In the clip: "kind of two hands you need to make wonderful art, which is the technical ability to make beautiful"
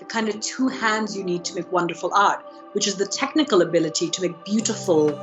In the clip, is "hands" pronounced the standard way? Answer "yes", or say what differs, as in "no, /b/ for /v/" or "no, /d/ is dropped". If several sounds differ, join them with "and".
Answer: yes